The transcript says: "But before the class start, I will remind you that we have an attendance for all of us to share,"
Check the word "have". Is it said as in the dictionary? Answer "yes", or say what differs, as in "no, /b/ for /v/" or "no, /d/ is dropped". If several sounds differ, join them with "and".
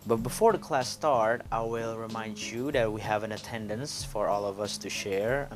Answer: yes